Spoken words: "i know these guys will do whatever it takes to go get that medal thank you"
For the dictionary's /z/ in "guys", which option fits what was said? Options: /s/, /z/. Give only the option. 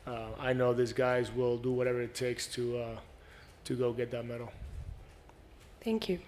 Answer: /z/